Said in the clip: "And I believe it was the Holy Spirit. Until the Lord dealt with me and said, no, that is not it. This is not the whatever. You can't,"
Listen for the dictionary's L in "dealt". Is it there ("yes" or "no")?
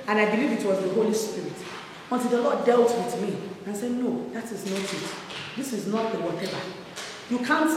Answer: yes